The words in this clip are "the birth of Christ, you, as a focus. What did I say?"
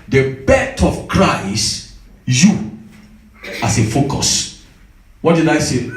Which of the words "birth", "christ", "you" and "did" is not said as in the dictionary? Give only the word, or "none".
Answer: birth